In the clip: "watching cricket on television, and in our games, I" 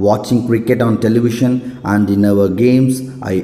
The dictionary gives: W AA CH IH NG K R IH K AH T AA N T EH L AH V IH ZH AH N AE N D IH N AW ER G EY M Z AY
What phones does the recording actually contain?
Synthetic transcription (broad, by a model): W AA CH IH NG K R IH K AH T AA N T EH L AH V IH SH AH N AE N D IH N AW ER G EY M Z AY